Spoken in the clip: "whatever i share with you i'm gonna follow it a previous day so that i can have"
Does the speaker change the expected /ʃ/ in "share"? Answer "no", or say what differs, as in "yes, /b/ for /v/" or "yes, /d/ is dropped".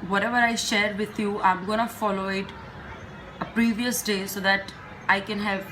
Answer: no